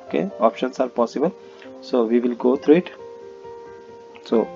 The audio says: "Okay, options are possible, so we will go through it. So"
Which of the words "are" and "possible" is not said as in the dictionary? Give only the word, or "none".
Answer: none